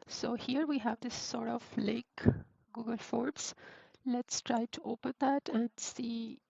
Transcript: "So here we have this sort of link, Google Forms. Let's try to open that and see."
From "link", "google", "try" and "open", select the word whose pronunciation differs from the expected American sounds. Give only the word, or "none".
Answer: link